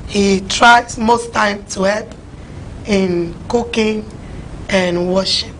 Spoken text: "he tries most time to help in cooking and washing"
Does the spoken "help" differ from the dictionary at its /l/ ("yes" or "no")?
yes